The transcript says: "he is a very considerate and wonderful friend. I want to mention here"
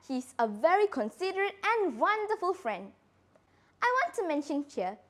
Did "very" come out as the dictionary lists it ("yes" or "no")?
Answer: yes